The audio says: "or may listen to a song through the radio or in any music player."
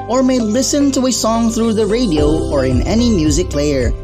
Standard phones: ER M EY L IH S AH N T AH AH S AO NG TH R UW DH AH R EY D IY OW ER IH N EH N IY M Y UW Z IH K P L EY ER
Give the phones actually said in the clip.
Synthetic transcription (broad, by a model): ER M EY L IH S AH N T AH AH S AO NG TH R UW DH AH R EY D IY OW ER IH N EH N IY M Y UW Z IH K L EY ER